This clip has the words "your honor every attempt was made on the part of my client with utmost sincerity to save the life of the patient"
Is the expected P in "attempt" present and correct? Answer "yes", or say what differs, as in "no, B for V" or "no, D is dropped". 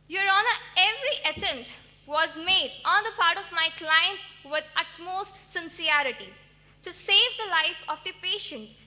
no, P is dropped